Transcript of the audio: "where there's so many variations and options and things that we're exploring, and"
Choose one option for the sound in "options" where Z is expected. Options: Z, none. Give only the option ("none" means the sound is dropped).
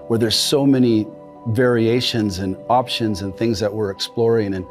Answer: Z